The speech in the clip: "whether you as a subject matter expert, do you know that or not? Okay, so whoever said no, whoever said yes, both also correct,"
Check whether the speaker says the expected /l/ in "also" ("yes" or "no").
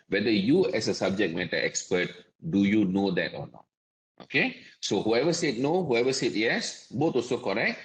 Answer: no